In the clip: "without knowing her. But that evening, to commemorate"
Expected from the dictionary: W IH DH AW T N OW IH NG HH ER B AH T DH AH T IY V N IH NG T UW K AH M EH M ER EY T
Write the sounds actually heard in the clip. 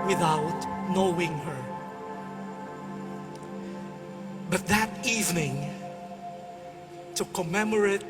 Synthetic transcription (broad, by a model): W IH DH AW T N OW IH NG HH ER B AH T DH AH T IY V N IH NG T UW K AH M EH M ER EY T